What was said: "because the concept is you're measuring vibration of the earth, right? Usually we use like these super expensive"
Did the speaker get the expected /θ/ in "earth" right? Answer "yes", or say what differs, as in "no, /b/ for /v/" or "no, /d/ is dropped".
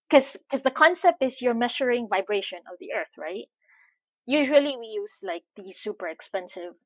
yes